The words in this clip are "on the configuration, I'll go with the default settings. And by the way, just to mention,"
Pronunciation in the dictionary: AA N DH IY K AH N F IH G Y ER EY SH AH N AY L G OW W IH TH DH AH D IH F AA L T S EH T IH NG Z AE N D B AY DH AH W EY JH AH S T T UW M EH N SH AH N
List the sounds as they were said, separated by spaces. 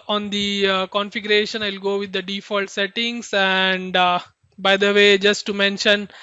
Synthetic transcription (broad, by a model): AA N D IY K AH N F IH G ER EY SH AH N AY L G OW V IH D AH D IH F AA L T S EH T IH NG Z AE N D B AY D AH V EY JH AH S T T UW M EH N SH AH N